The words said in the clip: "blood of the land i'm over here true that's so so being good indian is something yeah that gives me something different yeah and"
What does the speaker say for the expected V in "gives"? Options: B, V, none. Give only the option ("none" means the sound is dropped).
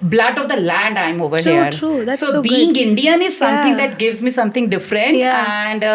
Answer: V